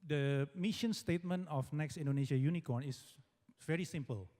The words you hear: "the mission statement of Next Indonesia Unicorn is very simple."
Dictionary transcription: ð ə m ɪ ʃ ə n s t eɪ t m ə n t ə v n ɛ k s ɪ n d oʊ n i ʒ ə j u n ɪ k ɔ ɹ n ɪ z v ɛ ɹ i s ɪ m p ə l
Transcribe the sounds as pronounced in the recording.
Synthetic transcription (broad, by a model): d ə m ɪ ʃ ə n s t eɪ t m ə n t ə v n ɛ k s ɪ n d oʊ n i ʃ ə j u n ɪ k ɔ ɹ n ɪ s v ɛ ɹ i s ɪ m p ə l